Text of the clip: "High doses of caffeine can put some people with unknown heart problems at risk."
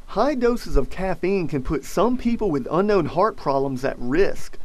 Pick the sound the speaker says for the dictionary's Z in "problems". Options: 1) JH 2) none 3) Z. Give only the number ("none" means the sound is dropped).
3